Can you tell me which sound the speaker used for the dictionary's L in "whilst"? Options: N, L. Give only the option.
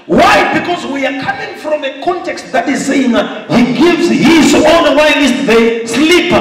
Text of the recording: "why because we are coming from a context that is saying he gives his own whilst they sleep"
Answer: N